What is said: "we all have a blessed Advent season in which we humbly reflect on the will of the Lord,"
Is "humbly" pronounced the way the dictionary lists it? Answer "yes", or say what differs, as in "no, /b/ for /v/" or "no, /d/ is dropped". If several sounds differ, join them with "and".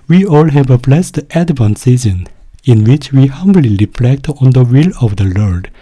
yes